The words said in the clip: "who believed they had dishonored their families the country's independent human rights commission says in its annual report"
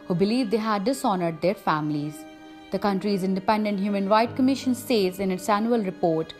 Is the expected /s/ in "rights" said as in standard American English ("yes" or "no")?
no